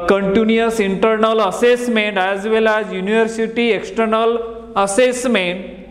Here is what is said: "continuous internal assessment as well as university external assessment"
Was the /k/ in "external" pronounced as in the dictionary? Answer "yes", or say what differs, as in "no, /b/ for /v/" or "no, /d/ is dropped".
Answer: yes